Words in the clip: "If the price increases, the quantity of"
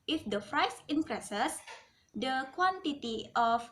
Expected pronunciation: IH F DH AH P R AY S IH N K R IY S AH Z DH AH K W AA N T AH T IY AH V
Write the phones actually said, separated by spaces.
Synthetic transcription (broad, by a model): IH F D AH F R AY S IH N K R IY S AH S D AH K W AA N T AH T IY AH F